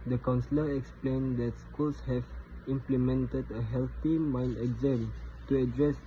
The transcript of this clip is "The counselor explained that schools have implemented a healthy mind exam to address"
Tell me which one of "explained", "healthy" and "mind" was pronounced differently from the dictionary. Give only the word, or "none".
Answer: healthy